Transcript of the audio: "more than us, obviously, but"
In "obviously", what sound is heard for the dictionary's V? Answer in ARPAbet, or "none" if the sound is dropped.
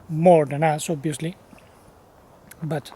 none